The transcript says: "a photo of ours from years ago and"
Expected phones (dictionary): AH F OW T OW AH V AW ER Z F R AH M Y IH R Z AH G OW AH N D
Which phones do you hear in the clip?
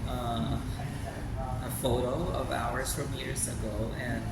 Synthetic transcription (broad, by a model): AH F OW T OW AH V AW ER Z F R AH M Y IH R Z AH G OW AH N